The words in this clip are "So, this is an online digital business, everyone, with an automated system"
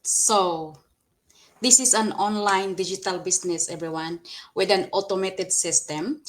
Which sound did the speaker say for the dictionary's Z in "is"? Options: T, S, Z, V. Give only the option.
S